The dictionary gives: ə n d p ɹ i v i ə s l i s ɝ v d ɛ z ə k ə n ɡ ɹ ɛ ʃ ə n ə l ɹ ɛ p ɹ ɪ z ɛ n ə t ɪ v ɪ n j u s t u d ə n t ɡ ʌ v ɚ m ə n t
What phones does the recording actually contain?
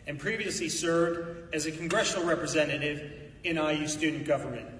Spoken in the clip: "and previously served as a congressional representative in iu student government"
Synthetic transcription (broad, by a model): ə n p ɹ i v i ə s l i s ɝ v d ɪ z ə k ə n ɡ ɹ ɛ ʃ n l ɹ ɛ p ɹ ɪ z ɛ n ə t ɪ v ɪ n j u s t u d n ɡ ʌ v ɚ m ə n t